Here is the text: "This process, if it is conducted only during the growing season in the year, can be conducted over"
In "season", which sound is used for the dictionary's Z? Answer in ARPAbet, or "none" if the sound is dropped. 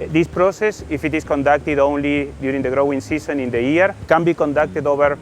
S